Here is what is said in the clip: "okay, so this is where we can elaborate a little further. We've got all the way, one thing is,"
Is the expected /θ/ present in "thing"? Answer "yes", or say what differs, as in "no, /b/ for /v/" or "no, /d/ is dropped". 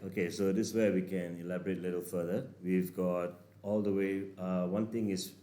no, /t/ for /θ/